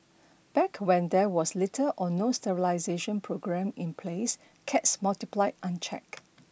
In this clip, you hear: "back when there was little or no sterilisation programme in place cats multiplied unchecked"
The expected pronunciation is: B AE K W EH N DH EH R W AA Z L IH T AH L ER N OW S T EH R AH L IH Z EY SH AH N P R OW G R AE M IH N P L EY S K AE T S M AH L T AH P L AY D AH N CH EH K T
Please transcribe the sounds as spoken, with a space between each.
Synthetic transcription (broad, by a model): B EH K W EH N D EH W AA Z L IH T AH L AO N OW S T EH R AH L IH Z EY SH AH N P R OW G R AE M IH N P L EY S K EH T S M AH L T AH P L AY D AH N CH EH K